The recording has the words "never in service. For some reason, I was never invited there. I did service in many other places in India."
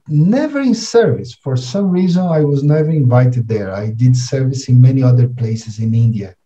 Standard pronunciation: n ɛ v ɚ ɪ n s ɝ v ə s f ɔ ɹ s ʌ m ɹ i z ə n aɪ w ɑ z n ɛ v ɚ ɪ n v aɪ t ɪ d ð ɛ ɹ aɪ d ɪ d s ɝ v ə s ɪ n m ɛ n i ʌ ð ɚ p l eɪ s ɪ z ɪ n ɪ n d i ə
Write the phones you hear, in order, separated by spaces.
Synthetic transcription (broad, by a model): n ɛ v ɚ ɪ n s ɝ v ə s f ɔ ɹ s ʌ m ɹ i z ə n aɪ w ɑ z n ɛ v ɚ ɪ n v aɪ t ɪ d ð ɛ ɹ aɪ d ɪ d s ɝ v ə s ɪ n m ɛ n i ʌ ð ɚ p l eɪ s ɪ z ɪ n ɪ n d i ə